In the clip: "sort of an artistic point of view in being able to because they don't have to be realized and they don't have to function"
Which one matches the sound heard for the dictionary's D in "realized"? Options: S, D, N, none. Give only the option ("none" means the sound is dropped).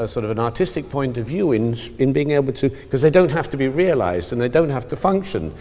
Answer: D